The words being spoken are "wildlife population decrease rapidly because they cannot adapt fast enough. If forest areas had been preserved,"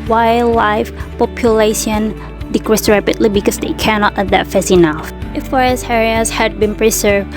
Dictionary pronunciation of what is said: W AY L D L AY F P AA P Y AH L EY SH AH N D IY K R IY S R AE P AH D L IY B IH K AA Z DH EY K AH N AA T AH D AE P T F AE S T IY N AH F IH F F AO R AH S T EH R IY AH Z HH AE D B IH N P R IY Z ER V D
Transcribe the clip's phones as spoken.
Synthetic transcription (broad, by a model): W AY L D L AY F P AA P Y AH L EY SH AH N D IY K R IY S R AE P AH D L IY B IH K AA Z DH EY K AH N AA T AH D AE T F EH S IY N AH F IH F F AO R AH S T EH R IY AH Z HH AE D B IH N P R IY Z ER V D